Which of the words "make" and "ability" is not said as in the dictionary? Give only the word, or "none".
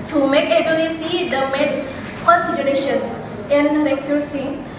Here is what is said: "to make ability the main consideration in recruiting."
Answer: ability